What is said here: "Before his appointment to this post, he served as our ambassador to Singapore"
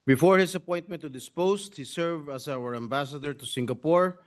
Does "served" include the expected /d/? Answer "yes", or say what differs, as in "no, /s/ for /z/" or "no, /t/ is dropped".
no, /d/ is dropped